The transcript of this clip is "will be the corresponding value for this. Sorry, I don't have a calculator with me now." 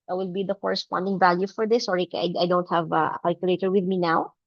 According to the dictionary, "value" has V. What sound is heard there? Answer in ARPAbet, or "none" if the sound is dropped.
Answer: V